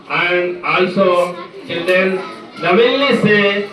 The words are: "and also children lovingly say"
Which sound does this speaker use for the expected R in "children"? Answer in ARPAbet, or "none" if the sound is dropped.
none